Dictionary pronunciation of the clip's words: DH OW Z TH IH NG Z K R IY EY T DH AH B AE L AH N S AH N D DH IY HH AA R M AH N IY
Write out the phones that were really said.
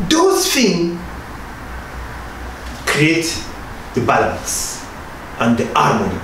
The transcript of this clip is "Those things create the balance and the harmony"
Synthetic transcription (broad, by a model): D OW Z F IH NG K R IY EY T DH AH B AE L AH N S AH N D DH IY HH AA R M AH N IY